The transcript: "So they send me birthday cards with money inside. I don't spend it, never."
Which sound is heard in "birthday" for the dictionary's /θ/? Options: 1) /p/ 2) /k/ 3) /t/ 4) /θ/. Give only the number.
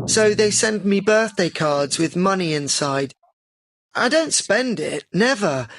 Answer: 4